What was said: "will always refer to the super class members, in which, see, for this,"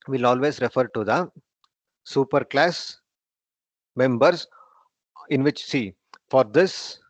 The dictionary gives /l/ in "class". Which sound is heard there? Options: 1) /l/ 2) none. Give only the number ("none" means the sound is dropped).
1